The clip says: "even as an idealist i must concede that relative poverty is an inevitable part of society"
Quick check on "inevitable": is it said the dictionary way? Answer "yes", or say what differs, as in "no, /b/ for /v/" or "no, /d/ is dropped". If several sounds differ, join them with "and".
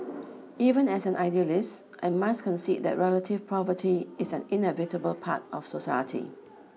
yes